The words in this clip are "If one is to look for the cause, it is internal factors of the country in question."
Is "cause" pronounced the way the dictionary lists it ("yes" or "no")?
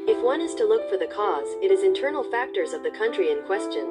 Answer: yes